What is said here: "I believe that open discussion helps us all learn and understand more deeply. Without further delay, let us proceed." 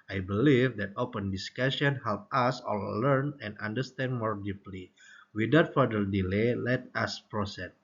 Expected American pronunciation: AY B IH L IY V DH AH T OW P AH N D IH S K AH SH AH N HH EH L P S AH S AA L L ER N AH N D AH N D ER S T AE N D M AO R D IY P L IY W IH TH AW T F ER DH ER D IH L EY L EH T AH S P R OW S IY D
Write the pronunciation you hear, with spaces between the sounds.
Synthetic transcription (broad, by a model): AY B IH L IY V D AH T OW P AH N D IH S K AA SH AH N HH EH L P AA S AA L L ER N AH N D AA N D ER S T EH N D M AO R D IY P L IY W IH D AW T F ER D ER D IH L EY L EH T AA S P R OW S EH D